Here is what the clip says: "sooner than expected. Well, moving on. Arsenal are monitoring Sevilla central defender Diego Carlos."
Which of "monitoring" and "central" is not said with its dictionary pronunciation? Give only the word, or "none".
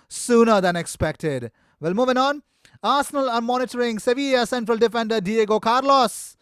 none